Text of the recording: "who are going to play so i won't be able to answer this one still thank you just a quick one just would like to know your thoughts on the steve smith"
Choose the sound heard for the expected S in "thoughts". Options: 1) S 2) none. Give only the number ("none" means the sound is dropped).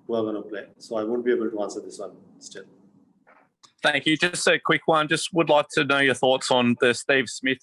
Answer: 1